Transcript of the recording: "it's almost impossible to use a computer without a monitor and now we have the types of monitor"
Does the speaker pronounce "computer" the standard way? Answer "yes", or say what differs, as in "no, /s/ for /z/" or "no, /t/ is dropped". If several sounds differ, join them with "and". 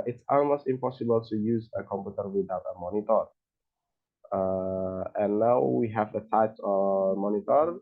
yes